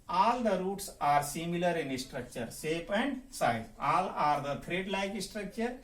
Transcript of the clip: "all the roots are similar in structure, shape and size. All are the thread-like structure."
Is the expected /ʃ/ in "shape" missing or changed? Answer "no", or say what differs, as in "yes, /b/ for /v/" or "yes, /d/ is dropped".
yes, /s/ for /ʃ/